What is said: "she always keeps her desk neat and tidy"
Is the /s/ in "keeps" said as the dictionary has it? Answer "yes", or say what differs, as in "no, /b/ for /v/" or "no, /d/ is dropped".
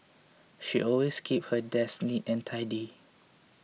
no, /s/ is dropped